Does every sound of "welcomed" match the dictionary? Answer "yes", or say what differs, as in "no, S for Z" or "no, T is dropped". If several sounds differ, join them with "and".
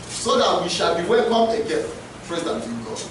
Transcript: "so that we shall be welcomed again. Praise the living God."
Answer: no, D is dropped